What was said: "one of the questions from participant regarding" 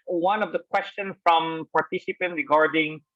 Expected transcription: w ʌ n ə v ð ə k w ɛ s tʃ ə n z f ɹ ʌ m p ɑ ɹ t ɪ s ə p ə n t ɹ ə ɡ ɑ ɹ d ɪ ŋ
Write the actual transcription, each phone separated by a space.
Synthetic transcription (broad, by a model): w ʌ n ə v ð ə k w ɛ s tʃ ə n f ɹ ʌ m p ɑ ɹ t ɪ s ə p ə n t ɹ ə ɡ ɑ ɹ d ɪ ŋ